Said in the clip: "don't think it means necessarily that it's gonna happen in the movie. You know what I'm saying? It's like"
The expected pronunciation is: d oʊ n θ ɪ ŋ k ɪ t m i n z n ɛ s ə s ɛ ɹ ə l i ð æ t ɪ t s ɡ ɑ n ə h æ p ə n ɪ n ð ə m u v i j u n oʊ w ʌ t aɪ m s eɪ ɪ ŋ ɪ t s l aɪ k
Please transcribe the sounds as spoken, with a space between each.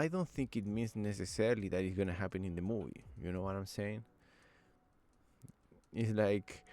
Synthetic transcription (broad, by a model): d oʊ n θ ɪ ŋ k ɪ t m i n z n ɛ s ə s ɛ ɹ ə l i ð æ t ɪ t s ɡ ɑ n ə h æ p ə n ɪ n ð ə m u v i j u n oʊ w ʌ t aɪ m s eɪ ɪ ŋ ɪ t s l aɪ k